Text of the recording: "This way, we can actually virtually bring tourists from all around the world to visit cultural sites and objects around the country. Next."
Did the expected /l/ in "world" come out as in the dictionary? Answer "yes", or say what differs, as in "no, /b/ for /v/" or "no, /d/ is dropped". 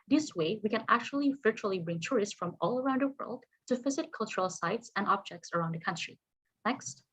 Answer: yes